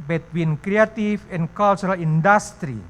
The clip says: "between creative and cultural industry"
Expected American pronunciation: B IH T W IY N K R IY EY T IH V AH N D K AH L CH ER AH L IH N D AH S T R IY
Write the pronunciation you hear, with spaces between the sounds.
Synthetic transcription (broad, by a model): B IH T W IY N K R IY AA T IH F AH N K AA L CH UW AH L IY N D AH S T R IY